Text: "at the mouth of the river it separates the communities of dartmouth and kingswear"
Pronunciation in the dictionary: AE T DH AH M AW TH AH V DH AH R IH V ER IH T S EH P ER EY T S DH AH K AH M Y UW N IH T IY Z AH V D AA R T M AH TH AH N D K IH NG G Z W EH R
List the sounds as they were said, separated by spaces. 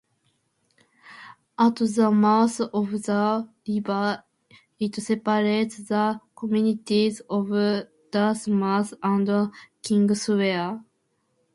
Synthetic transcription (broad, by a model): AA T DH AH M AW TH AH V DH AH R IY B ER IH T S EH P ER EY T S DH AH K AH M Y UW N IH T IY Z AH V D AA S M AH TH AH N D K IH NG G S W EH